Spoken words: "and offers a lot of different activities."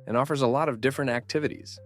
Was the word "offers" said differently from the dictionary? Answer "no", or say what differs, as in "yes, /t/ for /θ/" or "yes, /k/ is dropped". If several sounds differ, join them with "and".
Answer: no